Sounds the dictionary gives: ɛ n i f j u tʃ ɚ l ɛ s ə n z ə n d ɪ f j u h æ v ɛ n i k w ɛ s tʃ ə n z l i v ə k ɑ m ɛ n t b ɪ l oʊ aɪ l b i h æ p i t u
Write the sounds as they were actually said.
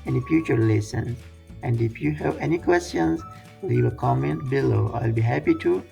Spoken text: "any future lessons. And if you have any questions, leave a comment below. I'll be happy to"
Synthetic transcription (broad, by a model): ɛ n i f j u tʃ ɚ l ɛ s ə n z ə n d ɪ f j u h æ v ɛ n i k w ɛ s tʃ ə n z w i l ə k ɑ m ɛ n t b ɪ l oʊ aɪ l b i h æ p i t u